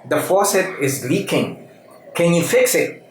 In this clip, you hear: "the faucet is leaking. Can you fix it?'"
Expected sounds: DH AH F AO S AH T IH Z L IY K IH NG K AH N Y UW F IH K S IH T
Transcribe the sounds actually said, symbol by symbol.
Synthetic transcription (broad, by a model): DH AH F AO S AH T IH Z L IY K IH NG K AH N Y UW F IH K S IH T